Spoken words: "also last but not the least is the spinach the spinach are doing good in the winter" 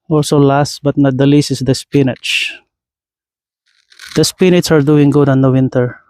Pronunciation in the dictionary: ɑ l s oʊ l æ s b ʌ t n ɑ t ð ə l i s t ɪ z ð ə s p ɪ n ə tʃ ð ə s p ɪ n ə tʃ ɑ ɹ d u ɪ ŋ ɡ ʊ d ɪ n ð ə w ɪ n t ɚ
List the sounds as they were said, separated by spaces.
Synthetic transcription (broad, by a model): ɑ l s oʊ l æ s b ʌ t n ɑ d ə l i s ɪ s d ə s p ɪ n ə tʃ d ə s p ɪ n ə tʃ ɑ ɹ d u ɪ ŋ ɡ ʊ d ɪ n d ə w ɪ n t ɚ